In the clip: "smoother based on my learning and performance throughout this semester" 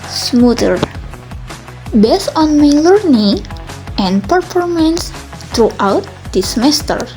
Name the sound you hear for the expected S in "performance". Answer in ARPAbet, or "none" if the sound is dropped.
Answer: S